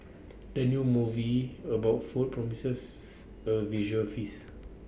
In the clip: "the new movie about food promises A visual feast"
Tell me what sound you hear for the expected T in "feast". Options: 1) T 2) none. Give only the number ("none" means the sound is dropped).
2